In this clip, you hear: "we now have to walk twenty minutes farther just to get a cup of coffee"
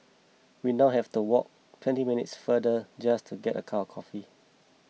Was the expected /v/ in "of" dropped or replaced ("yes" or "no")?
yes